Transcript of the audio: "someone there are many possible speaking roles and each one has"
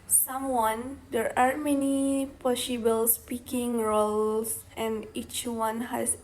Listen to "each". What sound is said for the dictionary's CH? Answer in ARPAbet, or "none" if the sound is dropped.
CH